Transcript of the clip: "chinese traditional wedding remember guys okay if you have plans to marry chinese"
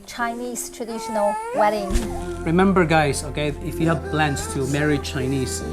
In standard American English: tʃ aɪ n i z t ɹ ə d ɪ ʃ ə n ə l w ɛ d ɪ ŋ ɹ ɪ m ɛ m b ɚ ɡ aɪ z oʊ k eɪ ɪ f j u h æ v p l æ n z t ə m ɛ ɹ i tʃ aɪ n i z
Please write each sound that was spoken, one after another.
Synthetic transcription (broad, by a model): tʃ aɪ n i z t ɹ ə d ɪ ʃ ə n ə l w ɛ d ɪ ŋ ɹ ɪ m ɛ m b ɚ ɡ aɪ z oʊ k eɪ ɪ f j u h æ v b l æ n s t ə m ɛ ɹ i tʃ aɪ n i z